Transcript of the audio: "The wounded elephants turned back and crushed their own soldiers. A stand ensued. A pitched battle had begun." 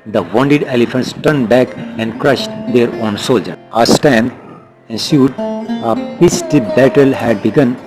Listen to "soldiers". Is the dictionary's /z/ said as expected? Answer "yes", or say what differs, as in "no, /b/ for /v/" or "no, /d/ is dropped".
no, /z/ is dropped